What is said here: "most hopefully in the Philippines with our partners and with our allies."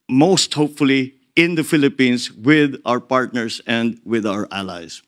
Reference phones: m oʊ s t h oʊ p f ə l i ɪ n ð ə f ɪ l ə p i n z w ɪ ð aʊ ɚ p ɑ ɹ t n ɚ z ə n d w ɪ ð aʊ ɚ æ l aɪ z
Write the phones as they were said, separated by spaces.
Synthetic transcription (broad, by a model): m oʊ s t h oʊ p f ə l i ɪ n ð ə f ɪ l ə p i n s w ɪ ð aʊ ɚ p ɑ ɹ t n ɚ s ə n d w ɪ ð aʊ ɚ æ l aɪ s